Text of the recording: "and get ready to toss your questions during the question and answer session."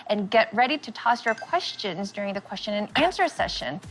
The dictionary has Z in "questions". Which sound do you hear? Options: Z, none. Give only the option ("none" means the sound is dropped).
Z